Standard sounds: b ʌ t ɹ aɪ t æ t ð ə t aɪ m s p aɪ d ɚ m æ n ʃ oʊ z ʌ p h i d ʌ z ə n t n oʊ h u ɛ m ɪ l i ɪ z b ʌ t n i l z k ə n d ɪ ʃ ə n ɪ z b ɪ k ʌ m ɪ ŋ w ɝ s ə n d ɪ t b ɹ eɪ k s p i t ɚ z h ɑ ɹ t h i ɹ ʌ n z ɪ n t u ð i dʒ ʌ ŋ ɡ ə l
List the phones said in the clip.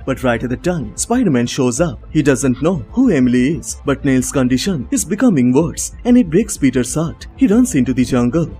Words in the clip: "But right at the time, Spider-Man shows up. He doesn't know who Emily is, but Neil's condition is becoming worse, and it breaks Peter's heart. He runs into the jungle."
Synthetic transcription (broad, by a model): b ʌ t ɹ aɪ t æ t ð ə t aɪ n s p aɪ d ɚ m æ n ʃ oʊ z ʌ p h i d ʌ z ə n t n oʊ h u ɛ m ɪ l i ɪ z b ʌ t n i l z k ə n d ɪ ʃ ə n ɪ z b ɪ k ʌ m ɪ ŋ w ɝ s ə n d ɪ t b ɹ eɪ k s p i t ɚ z h ɑ ɹ t h i ɹ ʌ n s ɪ n t u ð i dʒ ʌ ŋ ɡ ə l